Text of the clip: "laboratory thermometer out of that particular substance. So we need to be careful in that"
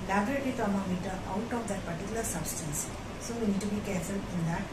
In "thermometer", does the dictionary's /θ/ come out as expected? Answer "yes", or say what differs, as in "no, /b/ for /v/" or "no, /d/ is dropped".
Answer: no, /t/ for /θ/